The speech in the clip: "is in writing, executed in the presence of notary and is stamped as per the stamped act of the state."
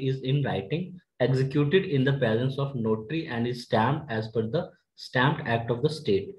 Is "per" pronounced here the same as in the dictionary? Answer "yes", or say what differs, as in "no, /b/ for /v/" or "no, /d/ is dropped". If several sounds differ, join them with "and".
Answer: no, /f/ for /p/